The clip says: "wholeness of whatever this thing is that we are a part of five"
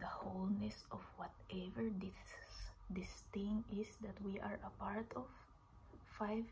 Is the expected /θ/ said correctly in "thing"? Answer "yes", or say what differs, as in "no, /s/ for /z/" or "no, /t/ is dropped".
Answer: no, /t/ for /θ/